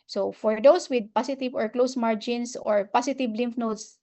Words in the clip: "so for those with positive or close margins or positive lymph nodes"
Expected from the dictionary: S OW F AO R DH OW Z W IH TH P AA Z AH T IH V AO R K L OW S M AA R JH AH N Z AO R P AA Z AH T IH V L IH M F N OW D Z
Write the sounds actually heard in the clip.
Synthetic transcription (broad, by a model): S OW F AO R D OW S W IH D P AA S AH T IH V AO R K L OW S M AA R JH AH N S AO R P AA S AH T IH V L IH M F N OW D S